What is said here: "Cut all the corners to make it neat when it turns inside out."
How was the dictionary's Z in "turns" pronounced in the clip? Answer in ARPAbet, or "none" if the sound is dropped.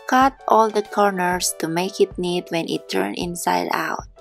none